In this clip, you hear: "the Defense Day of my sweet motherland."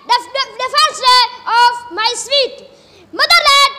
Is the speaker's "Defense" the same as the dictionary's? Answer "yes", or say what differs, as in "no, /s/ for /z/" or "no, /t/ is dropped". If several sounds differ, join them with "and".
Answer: no, /n/ is dropped